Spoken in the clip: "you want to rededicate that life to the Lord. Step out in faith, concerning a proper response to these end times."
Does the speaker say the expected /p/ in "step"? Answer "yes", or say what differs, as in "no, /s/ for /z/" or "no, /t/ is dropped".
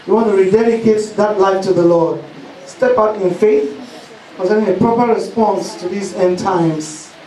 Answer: yes